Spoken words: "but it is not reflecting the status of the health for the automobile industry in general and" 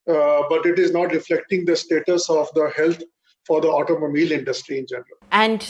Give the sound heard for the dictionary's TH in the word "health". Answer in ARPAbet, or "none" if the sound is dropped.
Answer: T